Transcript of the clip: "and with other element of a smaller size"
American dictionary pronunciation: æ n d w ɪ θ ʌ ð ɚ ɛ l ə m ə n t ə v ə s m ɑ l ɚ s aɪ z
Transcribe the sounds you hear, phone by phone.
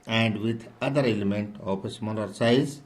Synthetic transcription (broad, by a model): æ n d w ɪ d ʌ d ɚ ɛ l ə m ə n t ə p ə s m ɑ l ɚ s aɪ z